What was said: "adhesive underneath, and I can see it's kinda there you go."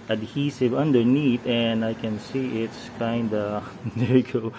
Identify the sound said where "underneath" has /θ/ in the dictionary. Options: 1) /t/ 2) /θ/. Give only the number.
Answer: 1